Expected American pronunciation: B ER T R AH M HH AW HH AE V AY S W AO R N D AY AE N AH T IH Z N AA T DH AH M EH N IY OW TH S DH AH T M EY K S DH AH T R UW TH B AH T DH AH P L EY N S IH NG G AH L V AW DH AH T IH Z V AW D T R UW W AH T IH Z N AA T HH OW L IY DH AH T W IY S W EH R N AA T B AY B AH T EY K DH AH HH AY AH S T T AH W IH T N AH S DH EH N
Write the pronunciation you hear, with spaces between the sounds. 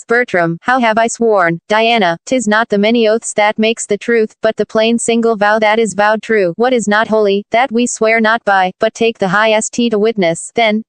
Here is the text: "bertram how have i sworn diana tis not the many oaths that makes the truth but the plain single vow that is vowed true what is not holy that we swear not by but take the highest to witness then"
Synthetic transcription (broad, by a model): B ER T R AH M HH AW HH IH V AY S W AO R N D AY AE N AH T IH Z N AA T DH AH M EH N IY OW TH S DH AH T M EY K S DH AH T R UW TH B AH T DH AH P L EY N S IH NG G L V AW DH AH T IH Z V AW D T R UW W AH T IH Z N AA T HH OW L IY DH AH T W IY S W EH R N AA T B AY B AH T EY K DH AH HH AY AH S T T AH W IH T N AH S DH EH N